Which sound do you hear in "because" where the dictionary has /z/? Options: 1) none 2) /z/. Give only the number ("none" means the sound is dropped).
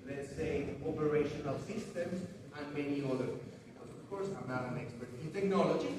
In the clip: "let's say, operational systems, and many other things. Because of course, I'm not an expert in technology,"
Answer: 1